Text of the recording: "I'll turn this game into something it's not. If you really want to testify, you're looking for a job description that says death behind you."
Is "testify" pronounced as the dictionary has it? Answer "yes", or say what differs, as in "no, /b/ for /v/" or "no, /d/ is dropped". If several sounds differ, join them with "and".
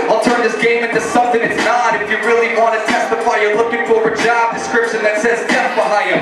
yes